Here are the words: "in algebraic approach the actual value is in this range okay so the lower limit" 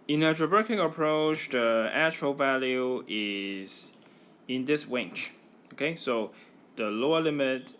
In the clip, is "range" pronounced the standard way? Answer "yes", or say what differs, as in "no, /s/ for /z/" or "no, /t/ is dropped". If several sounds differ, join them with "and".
no, /w/ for /ɹ/ and /tʃ/ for /dʒ/